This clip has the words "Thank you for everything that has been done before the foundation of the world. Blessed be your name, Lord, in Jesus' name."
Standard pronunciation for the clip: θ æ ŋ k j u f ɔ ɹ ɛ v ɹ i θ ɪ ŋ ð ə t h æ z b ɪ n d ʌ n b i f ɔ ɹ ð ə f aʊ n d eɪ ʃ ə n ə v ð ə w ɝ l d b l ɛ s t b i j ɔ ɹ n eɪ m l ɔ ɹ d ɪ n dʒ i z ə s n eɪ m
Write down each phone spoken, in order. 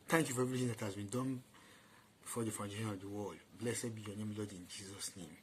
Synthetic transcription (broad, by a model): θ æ ŋ k j u f ɔ ɹ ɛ v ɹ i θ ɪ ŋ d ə t h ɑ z b ɪ n d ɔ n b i f ɔ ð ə f aʊ n d eɪ ʃ ə n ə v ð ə w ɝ l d b l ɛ s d b i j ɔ n eɪ m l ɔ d ɪ n dʒ i z ə s n eɪ m